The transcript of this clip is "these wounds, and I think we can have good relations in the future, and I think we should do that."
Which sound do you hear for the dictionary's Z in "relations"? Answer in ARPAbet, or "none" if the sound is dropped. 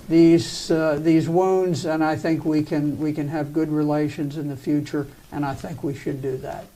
Z